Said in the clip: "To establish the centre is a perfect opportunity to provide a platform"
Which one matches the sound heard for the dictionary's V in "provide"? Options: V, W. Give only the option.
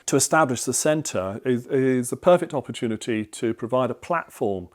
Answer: V